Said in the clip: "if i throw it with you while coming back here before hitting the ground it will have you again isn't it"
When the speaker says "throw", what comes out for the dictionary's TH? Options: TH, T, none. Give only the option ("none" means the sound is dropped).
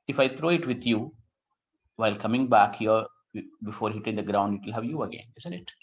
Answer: T